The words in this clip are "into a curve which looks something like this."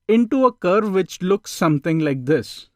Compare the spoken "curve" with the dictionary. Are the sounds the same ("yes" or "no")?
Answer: yes